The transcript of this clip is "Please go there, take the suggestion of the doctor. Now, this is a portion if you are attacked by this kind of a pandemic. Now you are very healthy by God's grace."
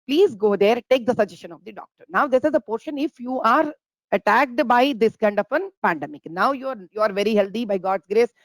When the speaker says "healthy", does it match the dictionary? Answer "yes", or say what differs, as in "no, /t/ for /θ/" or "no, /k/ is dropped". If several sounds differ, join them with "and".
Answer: no, /t/ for /θ/